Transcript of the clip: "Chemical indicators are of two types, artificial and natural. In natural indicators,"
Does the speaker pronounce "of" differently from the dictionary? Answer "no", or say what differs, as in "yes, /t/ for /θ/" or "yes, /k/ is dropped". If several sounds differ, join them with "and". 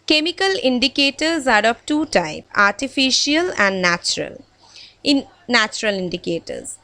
yes, /p/ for /v/